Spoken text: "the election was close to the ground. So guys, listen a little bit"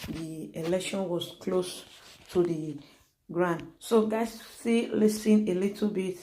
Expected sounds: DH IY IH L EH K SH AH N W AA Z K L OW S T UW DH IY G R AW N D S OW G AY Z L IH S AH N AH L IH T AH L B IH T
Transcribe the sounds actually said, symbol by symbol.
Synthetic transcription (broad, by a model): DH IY IH L EH K SH AH N W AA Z K L OW S T UW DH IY G R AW N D S OW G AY S L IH S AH N AH L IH T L B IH T